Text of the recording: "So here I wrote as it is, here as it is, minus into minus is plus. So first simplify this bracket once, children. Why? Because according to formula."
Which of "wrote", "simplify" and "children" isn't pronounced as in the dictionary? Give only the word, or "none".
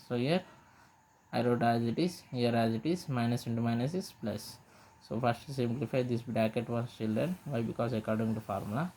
none